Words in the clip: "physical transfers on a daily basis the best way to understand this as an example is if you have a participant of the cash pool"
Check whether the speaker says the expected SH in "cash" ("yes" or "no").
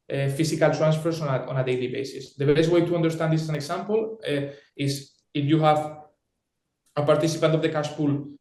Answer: no